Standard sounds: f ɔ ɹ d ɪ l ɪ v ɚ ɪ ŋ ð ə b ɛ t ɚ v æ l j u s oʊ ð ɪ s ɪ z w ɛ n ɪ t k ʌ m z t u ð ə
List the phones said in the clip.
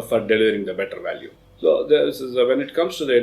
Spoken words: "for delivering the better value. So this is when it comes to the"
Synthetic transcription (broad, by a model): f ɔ ɹ d ɪ l ɪ v ɚ ɪ ŋ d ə b ɛ t ɚ v æ l j u s oʊ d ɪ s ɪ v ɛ n ɪ t k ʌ m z t u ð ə